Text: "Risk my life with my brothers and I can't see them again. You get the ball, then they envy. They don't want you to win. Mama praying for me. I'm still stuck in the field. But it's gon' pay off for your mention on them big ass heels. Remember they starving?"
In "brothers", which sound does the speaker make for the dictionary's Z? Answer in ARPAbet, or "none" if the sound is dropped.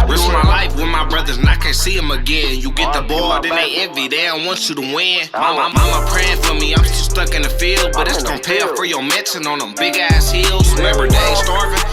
Z